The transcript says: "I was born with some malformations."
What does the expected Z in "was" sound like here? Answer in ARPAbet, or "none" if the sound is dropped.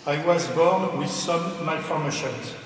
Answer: Z